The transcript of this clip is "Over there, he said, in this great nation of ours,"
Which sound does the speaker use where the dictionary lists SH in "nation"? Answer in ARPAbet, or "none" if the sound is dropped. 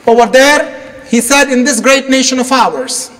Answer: SH